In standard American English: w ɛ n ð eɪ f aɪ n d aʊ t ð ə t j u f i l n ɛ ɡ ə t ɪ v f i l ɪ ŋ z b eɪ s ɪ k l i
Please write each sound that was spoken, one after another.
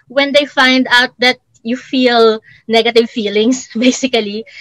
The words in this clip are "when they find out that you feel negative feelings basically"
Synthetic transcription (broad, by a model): w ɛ n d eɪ f aɪ n d aʊ t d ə t j u f i l n ɛ ɡ ə t ɪ v f i l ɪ ŋ s b eɪ s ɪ k l i